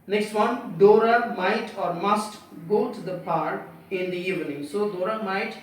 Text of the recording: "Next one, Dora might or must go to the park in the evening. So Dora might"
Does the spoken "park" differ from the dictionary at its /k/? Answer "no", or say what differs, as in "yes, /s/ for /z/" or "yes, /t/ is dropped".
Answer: yes, /k/ is dropped